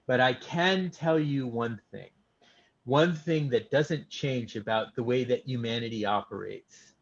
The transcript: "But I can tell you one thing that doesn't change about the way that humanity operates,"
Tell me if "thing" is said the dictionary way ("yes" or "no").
yes